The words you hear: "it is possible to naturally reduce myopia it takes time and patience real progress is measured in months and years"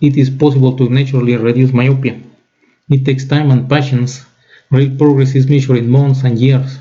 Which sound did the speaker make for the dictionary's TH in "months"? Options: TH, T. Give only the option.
T